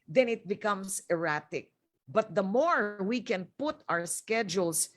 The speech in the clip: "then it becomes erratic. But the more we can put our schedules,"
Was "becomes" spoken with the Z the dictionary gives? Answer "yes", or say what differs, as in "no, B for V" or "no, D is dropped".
no, S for Z